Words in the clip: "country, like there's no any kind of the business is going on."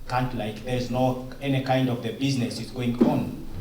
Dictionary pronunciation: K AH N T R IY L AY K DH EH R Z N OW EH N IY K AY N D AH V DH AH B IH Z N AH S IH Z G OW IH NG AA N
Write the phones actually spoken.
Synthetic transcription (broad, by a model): K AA N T L AY K DH EH R Z N OW EH N IY K AY N D AH V DH AH B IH Z N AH S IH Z G OW IH NG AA N